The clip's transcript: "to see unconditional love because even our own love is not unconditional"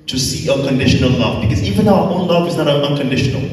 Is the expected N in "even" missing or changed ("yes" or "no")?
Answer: no